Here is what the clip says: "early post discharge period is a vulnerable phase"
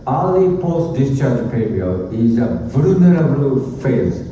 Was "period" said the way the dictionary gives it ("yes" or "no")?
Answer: no